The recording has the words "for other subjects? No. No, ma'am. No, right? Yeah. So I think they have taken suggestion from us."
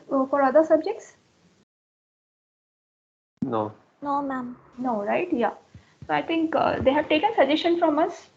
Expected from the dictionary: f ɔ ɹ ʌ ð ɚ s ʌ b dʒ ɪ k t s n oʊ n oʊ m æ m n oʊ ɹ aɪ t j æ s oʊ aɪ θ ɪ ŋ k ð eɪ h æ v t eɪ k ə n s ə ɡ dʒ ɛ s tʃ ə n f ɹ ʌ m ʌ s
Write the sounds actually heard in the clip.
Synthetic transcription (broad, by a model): f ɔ ɹ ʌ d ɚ s ʌ b dʒ ɪ k t s n oʊ n oʊ m æ m n oʊ ɹ aɪ t j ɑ s oʊ aɪ t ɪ ŋ k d eɪ h æ v t eɪ k ə n s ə dʒ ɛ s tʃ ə n f ɹ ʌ m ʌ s